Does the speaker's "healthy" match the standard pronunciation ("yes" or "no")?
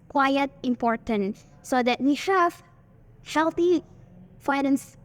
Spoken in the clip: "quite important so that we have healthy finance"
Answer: no